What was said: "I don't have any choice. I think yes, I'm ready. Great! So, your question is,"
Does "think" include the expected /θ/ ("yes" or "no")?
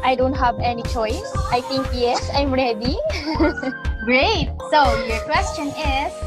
no